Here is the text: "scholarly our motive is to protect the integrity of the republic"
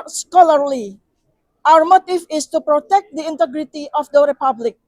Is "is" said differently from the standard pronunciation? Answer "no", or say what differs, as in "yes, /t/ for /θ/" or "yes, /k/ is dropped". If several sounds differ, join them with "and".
yes, /s/ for /z/